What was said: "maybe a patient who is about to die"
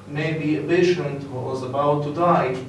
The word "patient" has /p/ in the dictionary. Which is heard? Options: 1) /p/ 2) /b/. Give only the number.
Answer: 2